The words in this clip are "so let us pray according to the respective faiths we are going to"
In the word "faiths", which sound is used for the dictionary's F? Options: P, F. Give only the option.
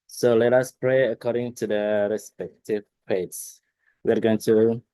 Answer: P